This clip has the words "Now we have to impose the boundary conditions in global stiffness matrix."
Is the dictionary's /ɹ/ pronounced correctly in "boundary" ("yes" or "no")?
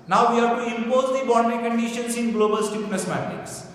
no